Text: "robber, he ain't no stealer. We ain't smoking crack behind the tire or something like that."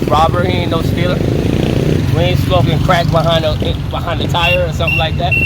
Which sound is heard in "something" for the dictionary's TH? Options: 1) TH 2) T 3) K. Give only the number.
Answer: 1